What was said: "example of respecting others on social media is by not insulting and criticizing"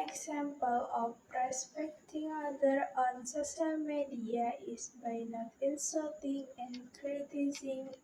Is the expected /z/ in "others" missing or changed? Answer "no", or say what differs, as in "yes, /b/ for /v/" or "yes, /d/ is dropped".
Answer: yes, /z/ is dropped